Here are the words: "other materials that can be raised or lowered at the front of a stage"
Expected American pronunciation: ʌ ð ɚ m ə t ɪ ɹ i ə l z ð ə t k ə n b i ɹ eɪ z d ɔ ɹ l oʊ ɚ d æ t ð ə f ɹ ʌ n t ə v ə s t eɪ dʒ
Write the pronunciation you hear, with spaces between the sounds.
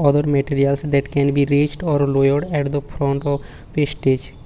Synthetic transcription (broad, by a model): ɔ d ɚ m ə t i ɹ i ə l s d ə t k ə n b i ɹ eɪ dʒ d ɔ ɹ l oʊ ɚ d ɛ t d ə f ɹ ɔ n t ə p ə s t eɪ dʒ